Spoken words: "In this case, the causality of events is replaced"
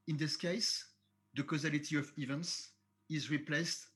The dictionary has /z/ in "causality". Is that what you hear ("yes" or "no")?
yes